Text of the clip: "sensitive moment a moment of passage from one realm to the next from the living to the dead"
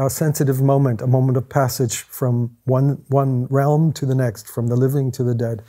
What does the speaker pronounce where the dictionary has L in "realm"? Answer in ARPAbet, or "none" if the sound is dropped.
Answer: L